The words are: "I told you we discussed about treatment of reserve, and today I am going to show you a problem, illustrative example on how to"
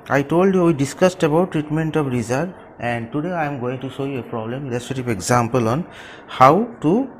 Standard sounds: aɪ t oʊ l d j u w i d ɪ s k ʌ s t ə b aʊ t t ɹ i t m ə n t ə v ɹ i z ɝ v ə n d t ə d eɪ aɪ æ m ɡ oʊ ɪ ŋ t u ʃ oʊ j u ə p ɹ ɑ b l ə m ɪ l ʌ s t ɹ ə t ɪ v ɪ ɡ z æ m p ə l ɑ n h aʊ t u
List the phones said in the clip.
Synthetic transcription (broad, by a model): aɪ t oʊ l d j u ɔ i d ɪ s k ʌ s t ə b aʊ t t ɹ i t m ə n t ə p ɹ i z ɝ ə n d t ə d eɪ aɪ m ɡ oʊ ɪ ŋ t u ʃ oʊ j u ə p ɹ ɑ b l ə m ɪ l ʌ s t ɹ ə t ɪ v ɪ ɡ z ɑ m p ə l ɑ n h aʊ t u